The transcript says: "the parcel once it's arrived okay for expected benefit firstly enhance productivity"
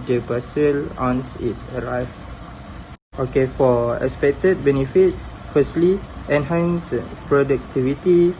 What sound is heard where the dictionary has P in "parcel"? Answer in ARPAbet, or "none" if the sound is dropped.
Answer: B